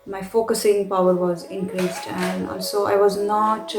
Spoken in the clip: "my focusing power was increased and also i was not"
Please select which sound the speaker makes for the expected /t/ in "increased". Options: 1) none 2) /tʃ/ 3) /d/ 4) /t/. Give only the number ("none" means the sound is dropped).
4